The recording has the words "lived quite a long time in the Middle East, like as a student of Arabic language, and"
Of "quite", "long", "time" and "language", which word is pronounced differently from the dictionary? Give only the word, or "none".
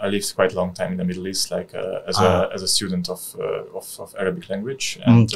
none